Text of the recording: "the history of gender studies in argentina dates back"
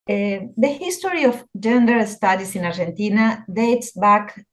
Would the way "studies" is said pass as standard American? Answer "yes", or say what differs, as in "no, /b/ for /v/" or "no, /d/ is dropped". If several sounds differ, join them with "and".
no, /s/ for /z/